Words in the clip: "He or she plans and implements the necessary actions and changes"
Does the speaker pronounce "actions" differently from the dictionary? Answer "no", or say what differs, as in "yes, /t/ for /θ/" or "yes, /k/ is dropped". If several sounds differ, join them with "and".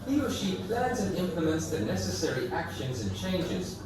no